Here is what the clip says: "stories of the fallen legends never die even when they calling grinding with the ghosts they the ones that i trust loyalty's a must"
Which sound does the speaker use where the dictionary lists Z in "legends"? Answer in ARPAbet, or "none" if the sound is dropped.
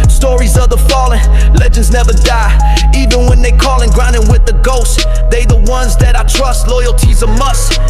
Z